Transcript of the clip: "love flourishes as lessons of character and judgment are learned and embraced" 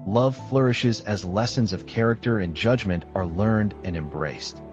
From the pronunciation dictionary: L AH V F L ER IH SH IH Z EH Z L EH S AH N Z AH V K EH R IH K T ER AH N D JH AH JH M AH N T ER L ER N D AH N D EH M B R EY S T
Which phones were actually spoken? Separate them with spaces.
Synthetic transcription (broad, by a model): L AH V F L ER IH SH IH Z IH Z L EH S AH N Z AH V K EH R IH K T ER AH N JH AH JH M AH N T ER L ER N D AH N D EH M B R EY S T